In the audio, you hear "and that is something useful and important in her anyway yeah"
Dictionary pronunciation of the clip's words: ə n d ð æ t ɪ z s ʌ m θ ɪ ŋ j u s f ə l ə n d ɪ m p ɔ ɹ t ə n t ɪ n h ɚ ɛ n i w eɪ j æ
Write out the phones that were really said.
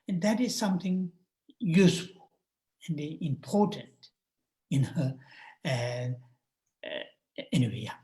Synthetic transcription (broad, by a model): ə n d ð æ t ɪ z s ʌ m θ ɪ ŋ j u s f ə l ə n d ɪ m p ɔ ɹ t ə n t ɪ n h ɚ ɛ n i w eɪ